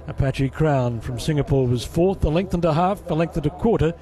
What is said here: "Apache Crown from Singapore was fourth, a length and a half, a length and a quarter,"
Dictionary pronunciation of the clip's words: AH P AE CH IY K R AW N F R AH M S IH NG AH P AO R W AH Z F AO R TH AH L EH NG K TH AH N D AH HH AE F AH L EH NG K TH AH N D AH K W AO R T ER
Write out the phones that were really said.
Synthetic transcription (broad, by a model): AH P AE CH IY K R AW N F R AH M S IH NG AH P AO R W AH Z F AO R TH AH L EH NG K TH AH N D AH HH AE F AH L EH NG K TH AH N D AH K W AO R T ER